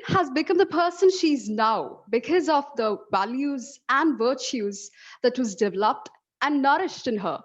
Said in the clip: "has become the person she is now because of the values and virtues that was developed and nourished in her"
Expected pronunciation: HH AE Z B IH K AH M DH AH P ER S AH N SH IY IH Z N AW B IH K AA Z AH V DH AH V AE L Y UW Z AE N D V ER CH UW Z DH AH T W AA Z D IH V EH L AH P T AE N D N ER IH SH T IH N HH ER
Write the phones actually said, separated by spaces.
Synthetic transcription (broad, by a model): HH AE Z B IH K AH M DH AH P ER S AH N SH IY IH Z N AW B IH K AA Z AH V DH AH V AE L Y UW Z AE N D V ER CH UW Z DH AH T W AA Z D IH V EH L AH P T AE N N ER IH SH T IH N HH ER